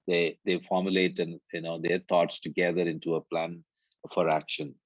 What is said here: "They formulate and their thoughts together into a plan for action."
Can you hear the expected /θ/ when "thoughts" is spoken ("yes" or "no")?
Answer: no